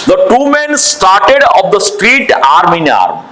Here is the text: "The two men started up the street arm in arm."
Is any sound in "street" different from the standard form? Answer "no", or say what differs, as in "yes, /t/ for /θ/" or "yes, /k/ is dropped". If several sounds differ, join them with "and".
no